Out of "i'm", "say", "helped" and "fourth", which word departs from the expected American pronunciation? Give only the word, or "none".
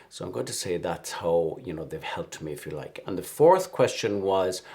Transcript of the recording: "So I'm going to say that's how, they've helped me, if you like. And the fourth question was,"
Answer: none